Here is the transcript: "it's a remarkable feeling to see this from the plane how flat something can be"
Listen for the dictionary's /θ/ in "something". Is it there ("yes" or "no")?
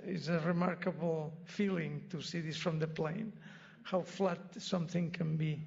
yes